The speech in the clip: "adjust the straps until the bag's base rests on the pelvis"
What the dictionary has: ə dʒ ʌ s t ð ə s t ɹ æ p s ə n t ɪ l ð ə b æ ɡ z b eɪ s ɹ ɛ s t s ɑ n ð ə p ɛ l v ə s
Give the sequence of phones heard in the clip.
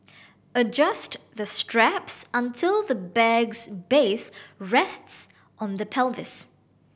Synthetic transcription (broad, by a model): ə dʒ ʌ s t ð ə s t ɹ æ p s ə n t ɪ l ð ə b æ ɡ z b eɪ s ɹ ɛ s t s ɑ n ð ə p ɛ l v ə s